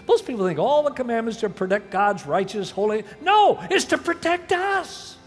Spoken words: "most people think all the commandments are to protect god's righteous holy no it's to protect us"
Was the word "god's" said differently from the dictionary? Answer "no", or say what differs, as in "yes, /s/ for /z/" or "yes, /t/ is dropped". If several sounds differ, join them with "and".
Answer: no